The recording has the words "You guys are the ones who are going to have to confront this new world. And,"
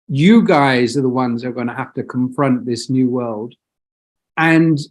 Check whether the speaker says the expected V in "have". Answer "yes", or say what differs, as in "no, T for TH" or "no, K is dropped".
no, F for V